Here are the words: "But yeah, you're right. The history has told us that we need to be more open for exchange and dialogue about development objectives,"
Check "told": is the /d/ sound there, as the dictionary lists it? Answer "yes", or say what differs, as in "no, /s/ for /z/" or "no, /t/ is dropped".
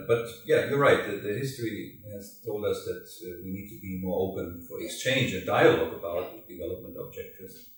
yes